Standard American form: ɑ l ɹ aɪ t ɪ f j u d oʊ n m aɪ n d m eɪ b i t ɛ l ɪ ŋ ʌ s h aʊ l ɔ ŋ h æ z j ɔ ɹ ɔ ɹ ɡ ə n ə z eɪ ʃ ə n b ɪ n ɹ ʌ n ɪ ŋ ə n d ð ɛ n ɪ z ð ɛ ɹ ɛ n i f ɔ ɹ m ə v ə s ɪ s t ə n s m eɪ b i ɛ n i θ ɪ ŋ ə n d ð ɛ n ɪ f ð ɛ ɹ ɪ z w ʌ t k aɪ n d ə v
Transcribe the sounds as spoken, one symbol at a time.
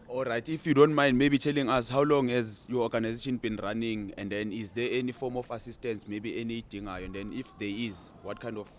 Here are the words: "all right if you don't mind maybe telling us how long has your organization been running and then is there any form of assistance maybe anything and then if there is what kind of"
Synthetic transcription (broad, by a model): ɑ l ɹ aɪ t ɪ f j u d oʊ n m aɪ n d m eɪ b i t ɛ l ɪ ŋ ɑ s h aʊ l ɔ ŋ h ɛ z j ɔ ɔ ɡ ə n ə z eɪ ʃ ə n b ɪ n ɹ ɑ n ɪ ŋ ə n d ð ɛ n ɪ z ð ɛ ɛ n i f ɔ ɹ m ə f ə s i s t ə n s m eɪ b i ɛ n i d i ŋ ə n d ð ɛ n ɪ f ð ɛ ɪ z w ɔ t k aɪ n d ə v